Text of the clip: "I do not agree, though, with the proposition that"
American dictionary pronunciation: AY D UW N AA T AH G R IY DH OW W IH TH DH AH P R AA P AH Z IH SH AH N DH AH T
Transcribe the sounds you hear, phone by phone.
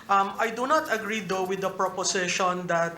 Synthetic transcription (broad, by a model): AY D UW N AA T AH G R IY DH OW W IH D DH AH P R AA P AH S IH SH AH N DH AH T